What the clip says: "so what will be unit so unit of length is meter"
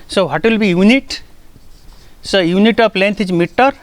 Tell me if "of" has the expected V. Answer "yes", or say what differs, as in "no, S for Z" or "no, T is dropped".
no, P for V